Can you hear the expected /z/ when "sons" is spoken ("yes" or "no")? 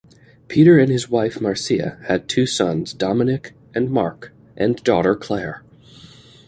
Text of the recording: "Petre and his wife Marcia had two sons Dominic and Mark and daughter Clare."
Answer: yes